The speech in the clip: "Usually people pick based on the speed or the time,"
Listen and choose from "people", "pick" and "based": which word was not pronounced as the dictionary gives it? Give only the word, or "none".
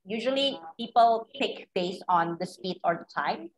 based